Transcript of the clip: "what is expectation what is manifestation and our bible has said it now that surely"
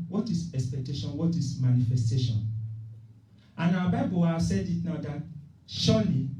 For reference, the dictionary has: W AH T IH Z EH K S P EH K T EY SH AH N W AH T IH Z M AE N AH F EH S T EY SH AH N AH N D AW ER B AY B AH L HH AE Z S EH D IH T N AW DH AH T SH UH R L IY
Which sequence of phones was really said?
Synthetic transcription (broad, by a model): W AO T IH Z EH K S P EH K T EY SH AH N W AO T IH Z M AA N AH F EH S T EY SH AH N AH N AW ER B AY B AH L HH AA S EH D IH T N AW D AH T SH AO L IY